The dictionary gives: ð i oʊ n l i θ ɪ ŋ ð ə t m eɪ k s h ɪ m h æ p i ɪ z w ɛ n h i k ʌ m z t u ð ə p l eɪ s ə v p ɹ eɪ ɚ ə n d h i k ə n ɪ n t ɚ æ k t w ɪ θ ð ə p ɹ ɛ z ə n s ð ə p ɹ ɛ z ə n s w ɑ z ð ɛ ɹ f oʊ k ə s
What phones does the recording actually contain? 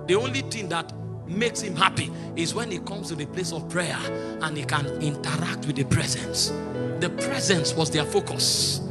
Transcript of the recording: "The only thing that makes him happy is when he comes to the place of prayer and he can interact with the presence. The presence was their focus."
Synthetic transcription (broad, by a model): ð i oʊ n l i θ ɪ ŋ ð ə t m eɪ k s h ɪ m h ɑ p i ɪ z w ɛ n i k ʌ m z t u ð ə p l eɪ s ə v p ɹ eɪ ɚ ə n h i k ə n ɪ n t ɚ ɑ k t w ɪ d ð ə p ɹ ɛ z ə n s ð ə p ɹ ɛ z ə n s w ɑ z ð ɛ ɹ f oʊ k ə s